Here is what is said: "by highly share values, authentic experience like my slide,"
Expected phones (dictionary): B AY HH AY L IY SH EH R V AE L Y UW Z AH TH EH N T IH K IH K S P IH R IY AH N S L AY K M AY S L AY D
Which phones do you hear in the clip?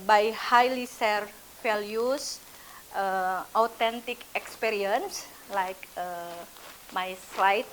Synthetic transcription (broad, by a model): B AY HH AY L IY S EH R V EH L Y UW S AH T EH N T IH K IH K S P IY R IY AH N S L AY K M AY S L AY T